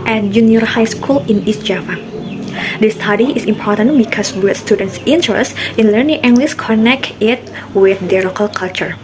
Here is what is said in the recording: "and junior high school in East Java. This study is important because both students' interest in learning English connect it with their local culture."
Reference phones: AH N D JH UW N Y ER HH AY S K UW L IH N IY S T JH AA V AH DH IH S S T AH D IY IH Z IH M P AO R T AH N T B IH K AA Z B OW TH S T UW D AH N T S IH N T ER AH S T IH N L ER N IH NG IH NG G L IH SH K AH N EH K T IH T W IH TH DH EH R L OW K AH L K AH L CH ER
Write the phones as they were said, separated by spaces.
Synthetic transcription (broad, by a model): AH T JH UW N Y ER HH AY S K UW L IH N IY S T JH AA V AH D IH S S T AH D IY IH S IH M P AO R T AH N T B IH K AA S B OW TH S T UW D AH N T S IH N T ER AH S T IH N L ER N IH NG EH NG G L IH S K AH N EH K T IH T W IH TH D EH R L OW K AH L K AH L CH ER